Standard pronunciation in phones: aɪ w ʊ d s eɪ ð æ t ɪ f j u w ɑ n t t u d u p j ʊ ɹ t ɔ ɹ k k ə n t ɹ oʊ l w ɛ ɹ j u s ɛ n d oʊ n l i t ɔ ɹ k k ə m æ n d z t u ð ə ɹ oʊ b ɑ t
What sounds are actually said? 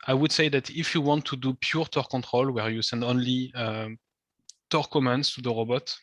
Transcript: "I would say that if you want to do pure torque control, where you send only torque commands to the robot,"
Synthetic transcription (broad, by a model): aɪ w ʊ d s eɪ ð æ t ɪ f j u w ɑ n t t u d u p j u ɹ t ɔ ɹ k k ə n t ɹ oʊ l w ɛ ɹ j u s ɛ n d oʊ n l i t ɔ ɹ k k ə m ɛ n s t u ð ə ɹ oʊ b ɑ t